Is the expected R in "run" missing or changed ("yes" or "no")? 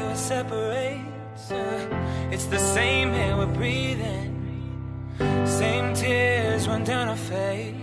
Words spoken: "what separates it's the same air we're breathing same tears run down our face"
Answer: yes